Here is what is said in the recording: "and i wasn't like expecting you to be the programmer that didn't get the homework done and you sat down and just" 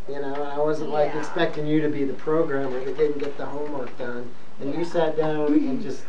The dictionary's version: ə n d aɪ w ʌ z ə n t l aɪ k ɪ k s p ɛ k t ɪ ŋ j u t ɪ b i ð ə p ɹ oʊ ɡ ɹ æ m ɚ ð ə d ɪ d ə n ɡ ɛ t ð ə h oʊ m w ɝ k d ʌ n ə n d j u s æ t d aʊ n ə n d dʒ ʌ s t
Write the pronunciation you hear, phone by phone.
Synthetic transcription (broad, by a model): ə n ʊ aɪ w ʌ z ə n t l aɪ k ɪ k s p ɛ k t ɪ ŋ j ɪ t ɪ b i ð ə p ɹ oʊ ɡ ɹ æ m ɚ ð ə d ɪ d n ɡ ɛ t ð ə h oʊ m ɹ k d ʌ n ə n j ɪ s æ t d aʊ n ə n dʒ ʌ s t